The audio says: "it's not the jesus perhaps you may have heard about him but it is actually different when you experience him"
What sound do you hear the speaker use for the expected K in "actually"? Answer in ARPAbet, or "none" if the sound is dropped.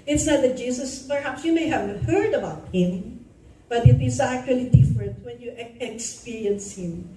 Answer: K